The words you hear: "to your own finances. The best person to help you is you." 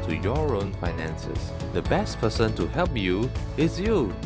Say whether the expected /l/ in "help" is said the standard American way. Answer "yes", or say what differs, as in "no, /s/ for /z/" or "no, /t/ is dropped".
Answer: yes